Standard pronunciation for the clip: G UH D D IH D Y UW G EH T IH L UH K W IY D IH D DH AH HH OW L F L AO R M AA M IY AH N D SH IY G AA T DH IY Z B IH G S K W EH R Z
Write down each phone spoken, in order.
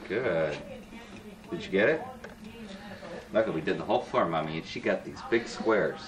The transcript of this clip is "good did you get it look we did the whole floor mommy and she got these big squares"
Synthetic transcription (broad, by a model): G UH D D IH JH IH G EH T IH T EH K W IY D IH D DH AH HH OW L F AO R M AA M IY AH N SH IY G AA T DH IY Z B IH G S K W EH R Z